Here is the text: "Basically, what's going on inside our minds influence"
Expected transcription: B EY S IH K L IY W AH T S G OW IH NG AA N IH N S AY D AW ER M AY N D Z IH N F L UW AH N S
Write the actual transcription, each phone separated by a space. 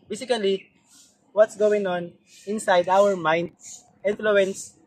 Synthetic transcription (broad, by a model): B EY S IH K L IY W AH T S G OW IH NG AA N IH N S AY D AW ER M AY N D IH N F L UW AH N S